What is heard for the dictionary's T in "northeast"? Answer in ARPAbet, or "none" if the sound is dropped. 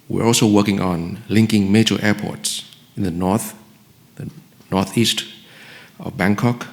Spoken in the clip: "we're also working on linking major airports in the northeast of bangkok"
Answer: T